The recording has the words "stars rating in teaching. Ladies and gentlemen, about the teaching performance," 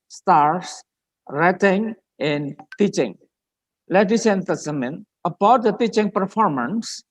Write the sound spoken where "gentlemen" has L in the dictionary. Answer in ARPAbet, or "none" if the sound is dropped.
none